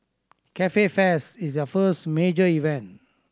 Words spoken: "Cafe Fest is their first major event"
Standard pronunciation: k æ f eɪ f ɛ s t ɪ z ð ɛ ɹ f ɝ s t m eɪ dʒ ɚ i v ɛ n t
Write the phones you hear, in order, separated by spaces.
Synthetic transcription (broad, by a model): k æ f eɪ f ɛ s ɪ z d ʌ f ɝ s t m eɪ dʒ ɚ i v ɛ n t